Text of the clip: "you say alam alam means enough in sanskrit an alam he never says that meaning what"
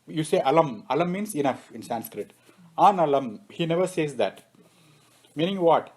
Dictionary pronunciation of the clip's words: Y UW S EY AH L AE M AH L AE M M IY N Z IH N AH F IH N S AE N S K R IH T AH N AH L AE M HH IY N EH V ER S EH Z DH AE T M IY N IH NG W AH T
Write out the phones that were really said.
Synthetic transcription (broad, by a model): Y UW S EY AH L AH M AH L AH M M IY N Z IH N AH F IH N S AE N S K R IH T AH N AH L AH M HH IY N EH V ER S EH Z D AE T M IY N IH NG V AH T